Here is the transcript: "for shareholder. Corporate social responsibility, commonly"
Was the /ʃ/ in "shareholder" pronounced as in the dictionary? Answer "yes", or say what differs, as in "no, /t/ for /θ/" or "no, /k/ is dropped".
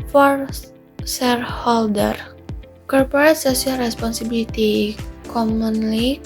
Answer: no, /s/ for /ʃ/